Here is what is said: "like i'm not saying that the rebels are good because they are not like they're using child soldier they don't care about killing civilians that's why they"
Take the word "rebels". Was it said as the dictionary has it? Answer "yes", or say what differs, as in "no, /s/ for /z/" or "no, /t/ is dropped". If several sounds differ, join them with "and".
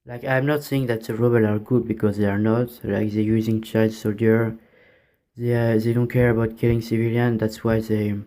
no, /z/ is dropped